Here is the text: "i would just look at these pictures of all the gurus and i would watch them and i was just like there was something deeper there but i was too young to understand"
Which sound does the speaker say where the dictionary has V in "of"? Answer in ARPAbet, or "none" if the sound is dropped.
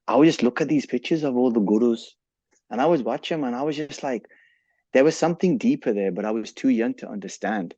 V